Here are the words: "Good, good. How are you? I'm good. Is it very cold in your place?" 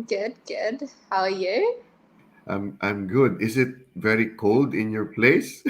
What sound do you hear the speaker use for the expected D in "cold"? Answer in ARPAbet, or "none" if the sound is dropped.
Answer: D